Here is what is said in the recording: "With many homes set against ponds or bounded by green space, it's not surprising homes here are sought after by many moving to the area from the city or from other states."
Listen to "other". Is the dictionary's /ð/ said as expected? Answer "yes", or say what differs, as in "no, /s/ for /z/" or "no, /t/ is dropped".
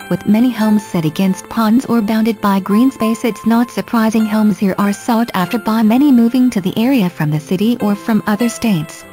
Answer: yes